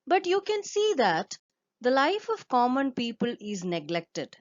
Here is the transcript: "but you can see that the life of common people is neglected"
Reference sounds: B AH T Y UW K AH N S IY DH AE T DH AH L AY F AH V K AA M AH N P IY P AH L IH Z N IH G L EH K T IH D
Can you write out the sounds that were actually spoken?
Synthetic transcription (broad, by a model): B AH T Y UW K AH N S IY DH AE T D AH L AY F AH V K AA M AH N P IY P AH L IH Z N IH G L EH K T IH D